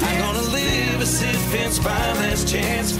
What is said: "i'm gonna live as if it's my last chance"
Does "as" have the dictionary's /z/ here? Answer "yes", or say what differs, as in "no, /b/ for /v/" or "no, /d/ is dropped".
no, /s/ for /z/